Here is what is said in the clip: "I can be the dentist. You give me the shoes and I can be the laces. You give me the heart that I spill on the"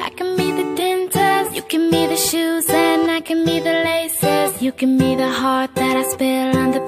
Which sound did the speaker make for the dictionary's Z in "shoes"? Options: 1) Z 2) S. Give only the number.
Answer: 1